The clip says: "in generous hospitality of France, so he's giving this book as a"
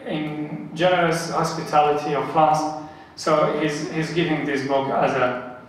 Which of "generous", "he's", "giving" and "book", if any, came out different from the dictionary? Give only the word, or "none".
none